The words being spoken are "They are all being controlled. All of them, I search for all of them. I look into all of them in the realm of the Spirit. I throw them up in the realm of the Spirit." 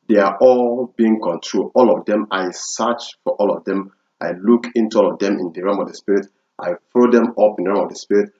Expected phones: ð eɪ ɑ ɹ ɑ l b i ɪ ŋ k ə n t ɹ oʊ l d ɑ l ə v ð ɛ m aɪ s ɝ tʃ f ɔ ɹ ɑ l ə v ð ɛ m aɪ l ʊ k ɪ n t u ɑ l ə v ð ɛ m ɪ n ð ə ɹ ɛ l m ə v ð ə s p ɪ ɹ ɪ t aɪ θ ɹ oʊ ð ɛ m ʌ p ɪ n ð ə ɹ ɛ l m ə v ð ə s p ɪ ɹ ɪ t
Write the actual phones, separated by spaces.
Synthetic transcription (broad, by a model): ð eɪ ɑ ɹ ɑ l b i ɪ ŋ k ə n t ɹ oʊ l ɑ l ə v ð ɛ m aɪ s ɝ tʃ f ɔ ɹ ɑ l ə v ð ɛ m aɪ l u k ɪ n t u ɑ l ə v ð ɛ m ɪ n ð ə ɹ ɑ m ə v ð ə s p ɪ ɹ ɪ t aɪ f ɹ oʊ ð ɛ m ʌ p ɪ n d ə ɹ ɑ m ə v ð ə s p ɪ ɹ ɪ t